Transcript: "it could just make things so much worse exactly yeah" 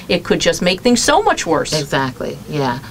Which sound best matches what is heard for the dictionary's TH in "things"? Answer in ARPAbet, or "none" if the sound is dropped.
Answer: TH